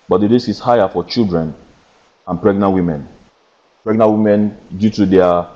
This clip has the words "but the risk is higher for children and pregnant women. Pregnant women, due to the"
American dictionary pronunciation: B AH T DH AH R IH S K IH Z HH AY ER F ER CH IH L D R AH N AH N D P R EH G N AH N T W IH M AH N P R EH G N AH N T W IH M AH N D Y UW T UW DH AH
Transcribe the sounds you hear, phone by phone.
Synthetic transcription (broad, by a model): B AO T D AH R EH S IH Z HH AY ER F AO CH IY L D R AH N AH N P R EH G N AH N T W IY M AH N P R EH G N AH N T W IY M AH N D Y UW T UW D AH